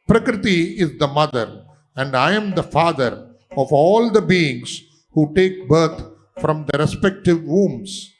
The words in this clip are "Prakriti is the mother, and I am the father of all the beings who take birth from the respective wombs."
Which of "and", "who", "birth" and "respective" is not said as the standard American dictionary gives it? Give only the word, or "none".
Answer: birth